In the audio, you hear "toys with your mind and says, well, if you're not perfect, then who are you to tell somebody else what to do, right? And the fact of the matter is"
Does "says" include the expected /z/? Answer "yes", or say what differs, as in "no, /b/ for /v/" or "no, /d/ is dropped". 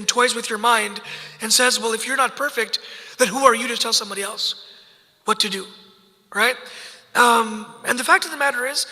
yes